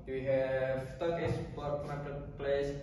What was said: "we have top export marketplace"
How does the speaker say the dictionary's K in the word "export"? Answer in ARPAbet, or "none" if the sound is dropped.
none